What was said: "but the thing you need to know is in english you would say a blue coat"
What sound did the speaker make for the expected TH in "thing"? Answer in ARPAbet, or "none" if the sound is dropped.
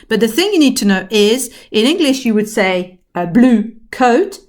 TH